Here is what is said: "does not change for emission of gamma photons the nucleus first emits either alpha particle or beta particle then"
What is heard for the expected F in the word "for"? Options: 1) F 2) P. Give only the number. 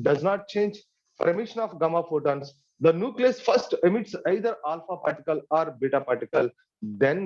2